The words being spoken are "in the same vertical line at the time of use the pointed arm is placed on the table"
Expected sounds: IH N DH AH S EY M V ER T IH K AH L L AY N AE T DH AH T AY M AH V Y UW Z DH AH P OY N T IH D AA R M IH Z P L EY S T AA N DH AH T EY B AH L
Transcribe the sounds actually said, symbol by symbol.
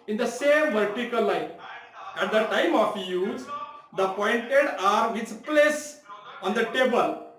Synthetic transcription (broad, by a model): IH N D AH S EY M V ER T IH K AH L L AY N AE T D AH T AY M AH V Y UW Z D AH P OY N T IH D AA R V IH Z P L EY S AA N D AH T EY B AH L